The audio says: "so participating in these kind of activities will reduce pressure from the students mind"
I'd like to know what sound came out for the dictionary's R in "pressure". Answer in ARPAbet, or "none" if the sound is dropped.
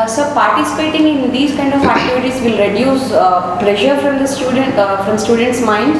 L